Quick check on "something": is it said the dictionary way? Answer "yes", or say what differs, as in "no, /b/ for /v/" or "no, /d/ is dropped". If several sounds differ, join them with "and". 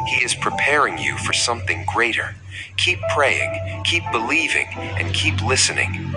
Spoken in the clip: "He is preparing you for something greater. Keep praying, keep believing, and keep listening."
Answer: yes